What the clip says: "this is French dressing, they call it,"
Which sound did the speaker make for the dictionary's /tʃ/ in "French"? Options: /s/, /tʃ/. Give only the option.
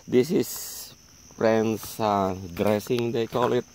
/s/